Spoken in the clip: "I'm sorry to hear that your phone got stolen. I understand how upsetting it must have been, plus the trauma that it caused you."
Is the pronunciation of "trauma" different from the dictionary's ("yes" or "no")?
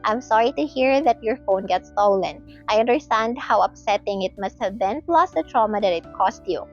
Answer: no